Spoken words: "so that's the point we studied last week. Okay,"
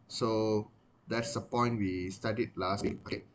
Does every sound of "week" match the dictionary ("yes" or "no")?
no